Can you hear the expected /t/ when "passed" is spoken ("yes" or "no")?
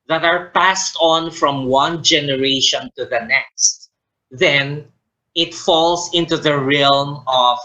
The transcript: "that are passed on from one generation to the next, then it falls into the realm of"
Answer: yes